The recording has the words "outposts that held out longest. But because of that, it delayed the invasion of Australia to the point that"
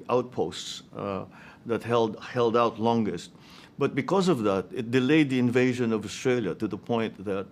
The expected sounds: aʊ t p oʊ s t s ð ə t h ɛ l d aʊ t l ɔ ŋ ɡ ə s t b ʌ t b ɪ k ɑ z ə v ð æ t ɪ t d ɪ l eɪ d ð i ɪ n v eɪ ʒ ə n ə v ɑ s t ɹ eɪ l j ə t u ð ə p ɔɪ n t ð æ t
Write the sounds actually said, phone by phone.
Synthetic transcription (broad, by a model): aʊ t p oʊ s t s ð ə t h ɛ l d aʊ t l ɔ ŋ ɡ ə s t b ʌ t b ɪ k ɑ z ə v ð æ t ɪ t d ɪ l eɪ d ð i ɪ n v eɪ ʒ ə n ə v ɑ s t ɹ eɪ l j ə t u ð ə p ɔɪ n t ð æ t